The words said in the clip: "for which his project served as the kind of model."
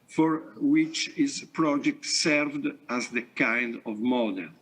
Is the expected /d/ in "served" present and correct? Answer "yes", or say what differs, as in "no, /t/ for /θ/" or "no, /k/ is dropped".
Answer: yes